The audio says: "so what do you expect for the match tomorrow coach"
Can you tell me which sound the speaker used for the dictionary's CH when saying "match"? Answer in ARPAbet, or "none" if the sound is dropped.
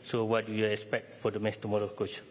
S